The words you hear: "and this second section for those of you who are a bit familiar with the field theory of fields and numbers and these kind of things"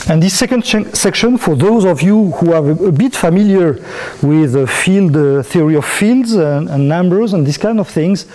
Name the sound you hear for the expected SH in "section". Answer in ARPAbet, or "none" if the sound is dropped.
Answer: SH